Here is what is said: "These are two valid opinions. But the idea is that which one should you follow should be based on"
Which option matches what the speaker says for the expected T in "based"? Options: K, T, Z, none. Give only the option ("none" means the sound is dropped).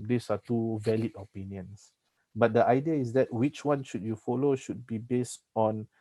T